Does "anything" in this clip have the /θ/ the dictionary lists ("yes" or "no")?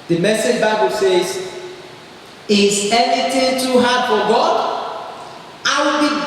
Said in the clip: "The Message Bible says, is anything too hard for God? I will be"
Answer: no